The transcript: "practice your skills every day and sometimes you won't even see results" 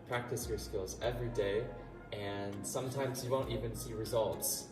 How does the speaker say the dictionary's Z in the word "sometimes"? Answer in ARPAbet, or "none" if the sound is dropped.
Z